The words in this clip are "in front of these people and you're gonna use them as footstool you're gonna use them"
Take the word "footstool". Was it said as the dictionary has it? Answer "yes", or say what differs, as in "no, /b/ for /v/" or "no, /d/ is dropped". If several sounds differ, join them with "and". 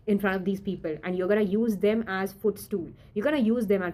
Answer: yes